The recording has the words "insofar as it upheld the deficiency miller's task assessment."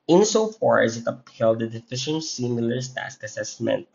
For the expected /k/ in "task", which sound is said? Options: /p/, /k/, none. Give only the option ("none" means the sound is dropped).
/k/